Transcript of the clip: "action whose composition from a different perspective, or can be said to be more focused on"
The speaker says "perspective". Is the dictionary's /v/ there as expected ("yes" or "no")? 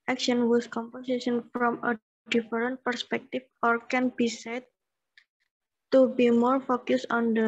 no